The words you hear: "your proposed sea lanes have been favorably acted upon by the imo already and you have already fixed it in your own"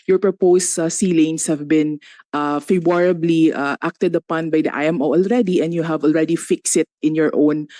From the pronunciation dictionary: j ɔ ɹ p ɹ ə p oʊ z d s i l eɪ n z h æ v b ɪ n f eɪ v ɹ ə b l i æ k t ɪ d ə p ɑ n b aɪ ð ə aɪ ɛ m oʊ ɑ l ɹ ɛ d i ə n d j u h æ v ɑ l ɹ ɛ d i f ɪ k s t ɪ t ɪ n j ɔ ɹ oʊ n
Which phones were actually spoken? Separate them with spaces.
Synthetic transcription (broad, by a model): j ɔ ɹ p ɹ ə p oʊ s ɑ s i l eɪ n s h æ v b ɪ n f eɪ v ɹ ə b l i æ k t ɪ d ə p ɑ n b aɪ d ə aɪ ɛ m oʊ ɑ l ɹ ɛ d i ə n d j u h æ v ɑ l ɹ ɛ d i f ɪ k s ɪ t ɪ n j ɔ ɹ oʊ n